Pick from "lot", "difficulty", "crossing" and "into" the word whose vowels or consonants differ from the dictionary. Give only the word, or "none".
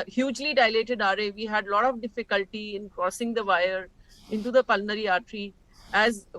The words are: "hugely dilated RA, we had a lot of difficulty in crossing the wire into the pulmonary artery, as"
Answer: none